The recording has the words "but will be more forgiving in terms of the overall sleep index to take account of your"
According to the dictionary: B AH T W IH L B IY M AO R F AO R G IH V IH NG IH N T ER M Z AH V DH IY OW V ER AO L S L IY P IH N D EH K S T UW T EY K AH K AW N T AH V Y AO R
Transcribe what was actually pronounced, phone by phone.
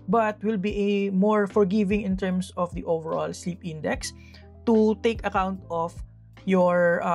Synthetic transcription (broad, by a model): B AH T W IH L B IY M AO R F AO R G IH V IH NG IH N T ER M S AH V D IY OW V ER AO L S L IY P IH N D EH K S T UW T EY K AH K AW N T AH F Y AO R